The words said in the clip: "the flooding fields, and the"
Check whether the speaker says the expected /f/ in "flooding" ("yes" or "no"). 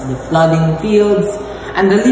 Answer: yes